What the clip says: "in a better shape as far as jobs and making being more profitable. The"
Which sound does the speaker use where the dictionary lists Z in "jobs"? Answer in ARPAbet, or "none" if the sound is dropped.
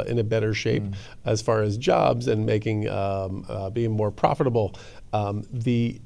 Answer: Z